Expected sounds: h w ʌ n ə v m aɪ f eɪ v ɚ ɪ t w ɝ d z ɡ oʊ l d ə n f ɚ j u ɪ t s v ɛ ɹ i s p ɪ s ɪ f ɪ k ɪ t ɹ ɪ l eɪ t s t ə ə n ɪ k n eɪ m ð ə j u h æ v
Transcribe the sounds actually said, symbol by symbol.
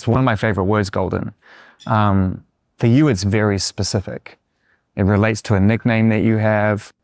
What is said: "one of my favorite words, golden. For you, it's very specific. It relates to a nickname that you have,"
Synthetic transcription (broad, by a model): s w ʌ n ə v m aɪ f eɪ v ɚ ɪ t w ɝ d z ɡ oʊ l d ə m f ɚ j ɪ ɪ t s v ɛ ɹ i s p ɪ s ɪ f ɪ k ɪ t ɹ ɪ l eɪ t s t ə ə n ɪ k n eɪ m ð ə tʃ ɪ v